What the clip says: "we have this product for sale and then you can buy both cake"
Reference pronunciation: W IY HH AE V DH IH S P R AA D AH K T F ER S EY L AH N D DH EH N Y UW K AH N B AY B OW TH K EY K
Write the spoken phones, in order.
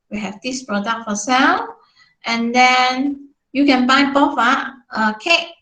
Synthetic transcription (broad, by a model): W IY HH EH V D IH S P R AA D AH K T F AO S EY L AH N D EH N Y UW K AH N B AY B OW F K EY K